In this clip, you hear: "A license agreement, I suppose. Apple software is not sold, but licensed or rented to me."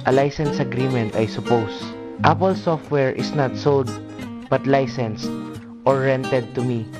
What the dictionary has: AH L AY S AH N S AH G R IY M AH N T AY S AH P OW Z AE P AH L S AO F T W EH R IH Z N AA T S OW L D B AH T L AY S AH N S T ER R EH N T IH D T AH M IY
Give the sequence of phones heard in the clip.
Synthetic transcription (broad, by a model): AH L AY S AH N S AH G R IY M AH N T AY S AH P OW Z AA P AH L S AO F T W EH R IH S N AA T S OW L D B AH T L AY S AH N S T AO R EH N T IH D T AH M IY